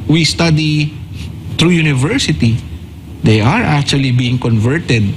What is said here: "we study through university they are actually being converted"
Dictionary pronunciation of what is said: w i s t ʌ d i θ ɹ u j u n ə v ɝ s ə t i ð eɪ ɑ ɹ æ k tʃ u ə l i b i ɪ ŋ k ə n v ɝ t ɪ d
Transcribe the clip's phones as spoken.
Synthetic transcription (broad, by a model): w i s t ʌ d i t ɹ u j u n ə v ɝ s ə t i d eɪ ɑ ɹ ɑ k tʃ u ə l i b i ɪ ŋ k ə n v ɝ t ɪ d